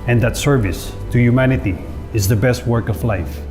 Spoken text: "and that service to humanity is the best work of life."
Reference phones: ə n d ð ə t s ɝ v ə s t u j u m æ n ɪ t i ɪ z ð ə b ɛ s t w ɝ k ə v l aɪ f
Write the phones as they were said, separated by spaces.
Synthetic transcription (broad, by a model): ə n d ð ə t s ɝ v ə s t u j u m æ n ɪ t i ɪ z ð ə b ɛ s t w ɝ k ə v l aɪ f